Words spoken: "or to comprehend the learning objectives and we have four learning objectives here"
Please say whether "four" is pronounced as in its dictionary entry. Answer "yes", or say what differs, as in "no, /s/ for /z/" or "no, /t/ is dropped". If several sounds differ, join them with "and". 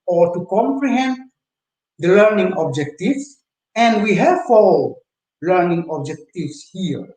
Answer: no, /l/ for /ɹ/